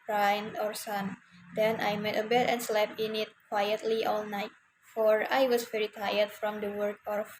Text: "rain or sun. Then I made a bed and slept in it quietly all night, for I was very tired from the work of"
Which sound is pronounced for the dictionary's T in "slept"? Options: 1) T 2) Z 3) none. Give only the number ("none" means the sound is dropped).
3